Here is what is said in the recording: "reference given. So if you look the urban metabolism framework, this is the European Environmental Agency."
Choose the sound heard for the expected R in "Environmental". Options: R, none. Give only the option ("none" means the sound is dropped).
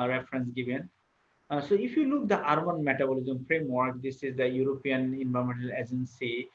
none